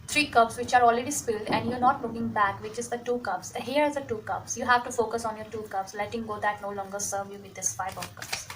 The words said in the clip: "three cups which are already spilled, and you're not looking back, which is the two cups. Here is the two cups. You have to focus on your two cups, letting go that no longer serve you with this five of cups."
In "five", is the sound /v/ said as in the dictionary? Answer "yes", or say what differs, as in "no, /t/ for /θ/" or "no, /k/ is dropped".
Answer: no, /b/ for /v/